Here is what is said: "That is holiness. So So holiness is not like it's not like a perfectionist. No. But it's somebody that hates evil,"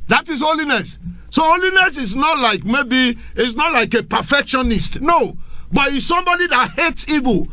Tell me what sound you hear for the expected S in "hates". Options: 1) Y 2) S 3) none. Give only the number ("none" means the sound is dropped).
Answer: 2